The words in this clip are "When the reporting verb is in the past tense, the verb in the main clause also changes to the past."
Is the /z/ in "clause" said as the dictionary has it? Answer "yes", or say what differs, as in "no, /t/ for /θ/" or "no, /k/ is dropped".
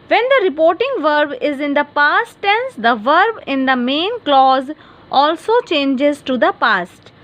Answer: yes